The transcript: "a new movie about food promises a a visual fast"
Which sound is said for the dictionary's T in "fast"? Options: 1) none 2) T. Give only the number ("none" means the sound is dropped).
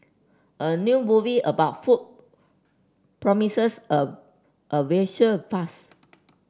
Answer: 1